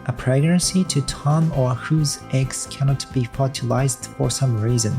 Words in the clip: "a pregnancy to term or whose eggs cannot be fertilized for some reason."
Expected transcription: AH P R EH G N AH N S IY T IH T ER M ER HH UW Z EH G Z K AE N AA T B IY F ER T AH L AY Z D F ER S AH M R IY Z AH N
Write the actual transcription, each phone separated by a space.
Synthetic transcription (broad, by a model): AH P R EH G N AH N S IY T IH T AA M ER HH UW Z EH G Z K AE N AA T B IY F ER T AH L AY Z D F ER S AH M R IY Z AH N